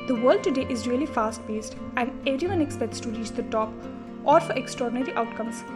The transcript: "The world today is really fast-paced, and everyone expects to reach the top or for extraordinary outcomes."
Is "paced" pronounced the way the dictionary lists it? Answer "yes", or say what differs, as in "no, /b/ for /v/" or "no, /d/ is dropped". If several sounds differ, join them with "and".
no, /b/ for /p/